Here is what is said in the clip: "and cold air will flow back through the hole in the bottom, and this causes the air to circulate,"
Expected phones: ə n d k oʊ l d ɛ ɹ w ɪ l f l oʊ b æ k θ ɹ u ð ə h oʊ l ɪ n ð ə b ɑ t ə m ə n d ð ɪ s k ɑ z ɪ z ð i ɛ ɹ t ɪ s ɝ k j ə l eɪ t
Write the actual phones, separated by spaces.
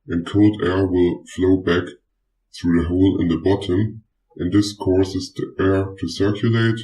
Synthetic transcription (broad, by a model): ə n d k oʊ l d ɛ ɹ w ɪ l f l oʊ b æ k θ ɹ u ð ə h oʊ l ɪ n ð ə b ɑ t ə m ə n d ð ɪ s k ɑ s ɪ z ð i ɛ ɹ t ɪ s ɝ k j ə l eɪ t